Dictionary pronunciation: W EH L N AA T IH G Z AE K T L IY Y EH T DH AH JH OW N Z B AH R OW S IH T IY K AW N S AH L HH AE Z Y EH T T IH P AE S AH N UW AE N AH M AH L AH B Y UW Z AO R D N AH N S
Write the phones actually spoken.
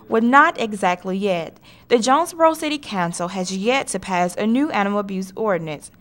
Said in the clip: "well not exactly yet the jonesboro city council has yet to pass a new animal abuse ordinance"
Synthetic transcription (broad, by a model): W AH N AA T IH G Z AE K T L IY Y EH T DH AH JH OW N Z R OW S IH T IY K AW N S L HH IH Z Y EH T T IH P AE S AH N UW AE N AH M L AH B Y UW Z AO R D N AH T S